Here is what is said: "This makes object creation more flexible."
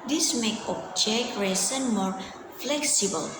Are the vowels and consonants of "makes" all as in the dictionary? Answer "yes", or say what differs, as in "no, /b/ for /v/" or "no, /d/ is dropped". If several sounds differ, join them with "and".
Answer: no, /s/ is dropped